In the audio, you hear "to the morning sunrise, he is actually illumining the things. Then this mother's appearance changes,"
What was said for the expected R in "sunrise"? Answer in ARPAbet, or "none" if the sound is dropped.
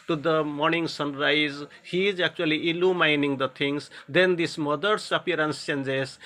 R